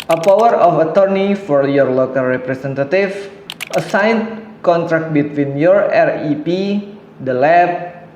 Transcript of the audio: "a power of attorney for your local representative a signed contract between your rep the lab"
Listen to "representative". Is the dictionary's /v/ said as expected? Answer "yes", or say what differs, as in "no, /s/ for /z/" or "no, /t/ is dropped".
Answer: no, /f/ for /v/